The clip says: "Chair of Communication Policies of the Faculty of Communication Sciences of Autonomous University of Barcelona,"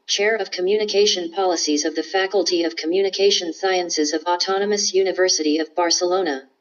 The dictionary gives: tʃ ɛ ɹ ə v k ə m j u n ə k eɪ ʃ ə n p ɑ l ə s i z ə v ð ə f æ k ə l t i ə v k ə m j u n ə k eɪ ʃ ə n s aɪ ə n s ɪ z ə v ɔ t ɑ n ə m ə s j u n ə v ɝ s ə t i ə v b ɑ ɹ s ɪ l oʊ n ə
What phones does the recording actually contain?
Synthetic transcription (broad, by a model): tʃ ɛ ɹ ə v k ə m j u n ə k eɪ ʃ ə n p ɑ l ə s i z ə v ð ə f æ k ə l t i ə v k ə m j u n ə k eɪ ʃ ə n s aɪ ə n s ɪ z ə v ɔ t ɑ n ə m ə s j u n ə v ɝ s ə t i ə v b ɑ ɹ s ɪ l oʊ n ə